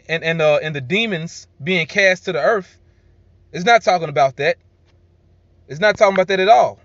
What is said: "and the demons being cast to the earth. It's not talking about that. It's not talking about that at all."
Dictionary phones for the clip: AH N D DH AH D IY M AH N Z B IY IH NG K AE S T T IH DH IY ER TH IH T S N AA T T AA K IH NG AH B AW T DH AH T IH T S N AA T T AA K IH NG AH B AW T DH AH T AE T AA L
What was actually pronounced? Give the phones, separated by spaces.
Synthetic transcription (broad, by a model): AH N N DH AH D IY M AH N Z B IY IH NG K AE S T T IH DH IY ER TH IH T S N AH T T AA K IH NG AH B AW T DH AH T IH T S N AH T T AA K IH NG AH B AW T DH AH T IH T AA L